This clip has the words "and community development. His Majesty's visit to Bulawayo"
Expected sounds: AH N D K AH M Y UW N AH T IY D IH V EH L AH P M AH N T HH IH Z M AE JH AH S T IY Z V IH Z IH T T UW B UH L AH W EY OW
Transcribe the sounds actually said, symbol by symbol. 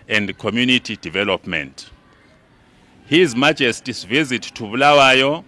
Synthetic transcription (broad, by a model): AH N D K AH M Y UW N AH T IY D IH V EH L AH P M AH N T HH IH Z M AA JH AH S T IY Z V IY Z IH T T UW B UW L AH W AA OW